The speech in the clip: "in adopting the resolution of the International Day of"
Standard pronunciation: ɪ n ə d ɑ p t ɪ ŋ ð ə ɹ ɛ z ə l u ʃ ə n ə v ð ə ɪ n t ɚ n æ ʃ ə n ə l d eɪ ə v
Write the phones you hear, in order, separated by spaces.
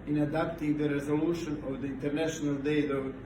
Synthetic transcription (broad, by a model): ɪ n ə d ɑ p t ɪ ŋ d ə ɹ ɛ z ə l u ʃ ə n ə v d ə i n t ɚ n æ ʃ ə n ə l d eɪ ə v